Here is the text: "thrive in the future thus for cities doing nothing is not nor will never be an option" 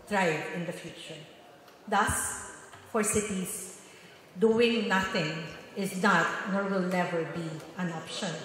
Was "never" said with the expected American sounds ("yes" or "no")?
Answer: no